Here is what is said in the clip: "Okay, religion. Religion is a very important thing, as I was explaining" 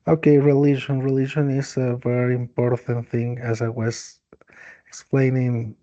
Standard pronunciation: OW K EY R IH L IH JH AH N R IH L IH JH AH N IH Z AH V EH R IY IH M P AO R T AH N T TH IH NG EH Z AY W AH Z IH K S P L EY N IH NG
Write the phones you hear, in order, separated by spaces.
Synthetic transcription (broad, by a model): OW K EY R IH L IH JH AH N R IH L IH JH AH N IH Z AH V EH R IY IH M P AO R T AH N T TH IH NG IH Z AY W AH Z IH K S P L EY N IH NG